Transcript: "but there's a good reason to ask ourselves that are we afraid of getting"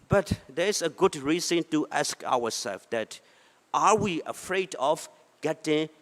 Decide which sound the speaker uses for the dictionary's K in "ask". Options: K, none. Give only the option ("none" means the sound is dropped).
K